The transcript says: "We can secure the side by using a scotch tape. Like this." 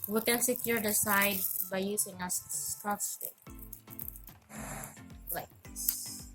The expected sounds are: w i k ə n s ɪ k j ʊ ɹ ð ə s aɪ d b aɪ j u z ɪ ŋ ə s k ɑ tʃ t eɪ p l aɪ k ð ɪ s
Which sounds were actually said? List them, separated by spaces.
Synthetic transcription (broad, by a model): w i k ə n s ɪ k j ʊ ɹ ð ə s aɪ d b aɪ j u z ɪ ŋ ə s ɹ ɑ s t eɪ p l aɪ k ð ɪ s